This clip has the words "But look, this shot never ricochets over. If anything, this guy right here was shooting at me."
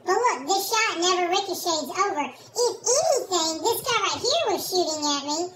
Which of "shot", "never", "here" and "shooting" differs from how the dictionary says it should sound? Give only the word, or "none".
none